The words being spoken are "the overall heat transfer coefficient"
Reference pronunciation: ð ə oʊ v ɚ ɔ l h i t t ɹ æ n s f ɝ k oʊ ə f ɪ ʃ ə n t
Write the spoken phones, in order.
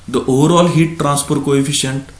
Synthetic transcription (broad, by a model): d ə oʊ v ɚ ɔ l h i t t ɹ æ n s p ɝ k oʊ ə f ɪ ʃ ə n t